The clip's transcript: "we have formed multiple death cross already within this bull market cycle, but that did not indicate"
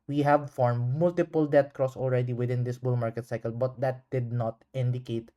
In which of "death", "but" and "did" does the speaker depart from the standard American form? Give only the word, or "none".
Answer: death